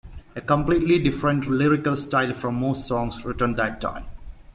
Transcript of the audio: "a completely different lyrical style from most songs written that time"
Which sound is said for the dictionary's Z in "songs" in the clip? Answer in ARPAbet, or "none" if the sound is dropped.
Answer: S